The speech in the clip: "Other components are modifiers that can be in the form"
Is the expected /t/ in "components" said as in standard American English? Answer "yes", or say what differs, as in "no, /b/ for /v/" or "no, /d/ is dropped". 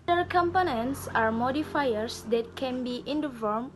no, /s/ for /t/